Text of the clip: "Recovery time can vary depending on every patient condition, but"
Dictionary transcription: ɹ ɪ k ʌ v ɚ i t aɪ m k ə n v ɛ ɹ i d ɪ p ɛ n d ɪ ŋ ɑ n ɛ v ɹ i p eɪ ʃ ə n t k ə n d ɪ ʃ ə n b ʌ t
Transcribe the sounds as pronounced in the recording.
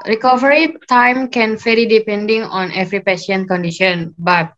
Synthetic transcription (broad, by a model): ɹ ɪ k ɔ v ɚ i t aɪ m k ə n f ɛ l i d ɪ p ɛ n d ɪ ŋ ɑ n ɛ v ɹ i p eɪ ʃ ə n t k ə n d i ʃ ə n b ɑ t